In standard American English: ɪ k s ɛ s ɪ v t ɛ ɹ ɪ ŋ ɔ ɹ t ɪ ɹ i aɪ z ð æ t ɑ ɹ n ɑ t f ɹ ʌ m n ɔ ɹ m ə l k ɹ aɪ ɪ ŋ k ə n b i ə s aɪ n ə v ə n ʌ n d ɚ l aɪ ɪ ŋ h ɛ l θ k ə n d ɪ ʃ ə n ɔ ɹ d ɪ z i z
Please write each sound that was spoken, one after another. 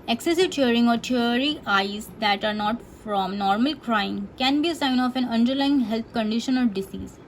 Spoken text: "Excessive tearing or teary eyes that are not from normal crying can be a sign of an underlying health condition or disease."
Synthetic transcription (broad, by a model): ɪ k s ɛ s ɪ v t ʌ ɹ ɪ ŋ ɔ ɹ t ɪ ɹ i aɪ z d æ t ɑ ɹ n ɑ t f ɹ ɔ m n ɔ ɹ m ə l k ɹ aɪ ɪ ŋ k ə n b i ə s aɪ n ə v ə n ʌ n d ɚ l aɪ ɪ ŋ h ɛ l t k ə n d ɪ ʃ ə n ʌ l d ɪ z i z